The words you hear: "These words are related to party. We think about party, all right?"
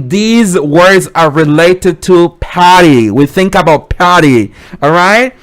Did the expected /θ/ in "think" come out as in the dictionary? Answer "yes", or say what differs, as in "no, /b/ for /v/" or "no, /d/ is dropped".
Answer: yes